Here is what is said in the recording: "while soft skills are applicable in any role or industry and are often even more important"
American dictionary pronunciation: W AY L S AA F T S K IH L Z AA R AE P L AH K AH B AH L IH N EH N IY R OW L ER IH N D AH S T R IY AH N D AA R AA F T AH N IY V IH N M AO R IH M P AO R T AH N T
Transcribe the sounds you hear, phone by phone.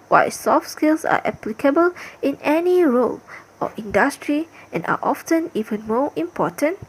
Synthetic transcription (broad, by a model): W AY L S AA F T S K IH L S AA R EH P L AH K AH B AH L IH N EH N IY R OW L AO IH N D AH S T R IY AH N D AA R AA F T AH N IY V IH N M AO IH M P AO T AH N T